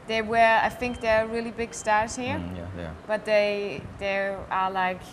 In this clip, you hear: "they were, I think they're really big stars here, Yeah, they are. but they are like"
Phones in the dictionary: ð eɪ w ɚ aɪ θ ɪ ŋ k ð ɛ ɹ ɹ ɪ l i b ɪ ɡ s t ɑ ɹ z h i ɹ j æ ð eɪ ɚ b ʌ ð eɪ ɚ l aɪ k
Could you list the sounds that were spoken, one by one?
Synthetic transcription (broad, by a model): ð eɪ w ɚ aɪ θ ɪ ŋ k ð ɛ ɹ ɹ ɪ l i b ɪ ɡ s t ɑ ɹ z h i ɹ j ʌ ð eɪ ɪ ð eɪ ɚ l aɪ k